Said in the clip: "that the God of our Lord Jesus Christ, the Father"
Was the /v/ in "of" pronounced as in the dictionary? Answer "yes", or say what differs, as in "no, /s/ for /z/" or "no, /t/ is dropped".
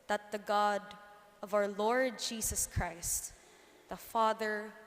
yes